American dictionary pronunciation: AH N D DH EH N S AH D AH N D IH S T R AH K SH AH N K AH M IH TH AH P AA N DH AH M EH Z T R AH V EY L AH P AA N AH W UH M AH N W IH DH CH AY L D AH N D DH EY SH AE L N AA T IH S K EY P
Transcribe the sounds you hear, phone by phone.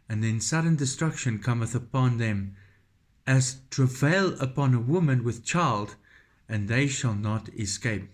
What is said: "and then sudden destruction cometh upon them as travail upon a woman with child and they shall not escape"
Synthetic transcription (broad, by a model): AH N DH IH N S AH D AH N D IH S T R AH K SH AH N K AH M IH TH AH P AA N DH AH M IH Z T R AH V EY L AH P AA N AH W UH M AH N W IH DH CH AY L D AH N DH EY SH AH L N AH T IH S K EY P